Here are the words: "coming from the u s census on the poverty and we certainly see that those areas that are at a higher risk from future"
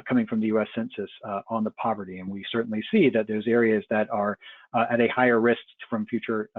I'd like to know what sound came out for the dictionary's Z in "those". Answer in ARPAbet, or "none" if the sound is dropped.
Z